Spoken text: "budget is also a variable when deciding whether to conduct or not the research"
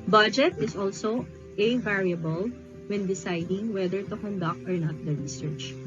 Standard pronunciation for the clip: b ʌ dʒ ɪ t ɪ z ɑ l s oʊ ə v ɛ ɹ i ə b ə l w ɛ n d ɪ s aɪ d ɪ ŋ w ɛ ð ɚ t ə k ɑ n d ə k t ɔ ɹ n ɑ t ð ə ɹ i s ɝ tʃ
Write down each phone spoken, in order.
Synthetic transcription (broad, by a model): b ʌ dʒ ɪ t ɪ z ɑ l s oʊ ə v ɛ ɹ i ə b ə l w ɛ n d ɪ s aɪ d ɪ ŋ w ɛ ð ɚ t ə k ɑ n d ə k t ɔ ɹ n ɑ t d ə ɹ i s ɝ tʃ